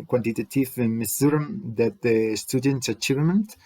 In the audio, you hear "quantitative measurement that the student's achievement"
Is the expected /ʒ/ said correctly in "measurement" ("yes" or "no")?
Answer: no